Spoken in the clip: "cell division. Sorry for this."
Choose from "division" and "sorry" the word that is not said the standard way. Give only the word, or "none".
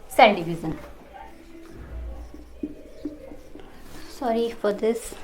division